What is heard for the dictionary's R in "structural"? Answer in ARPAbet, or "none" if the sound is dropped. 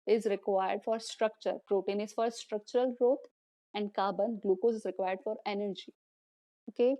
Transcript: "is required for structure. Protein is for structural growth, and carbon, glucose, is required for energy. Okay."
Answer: R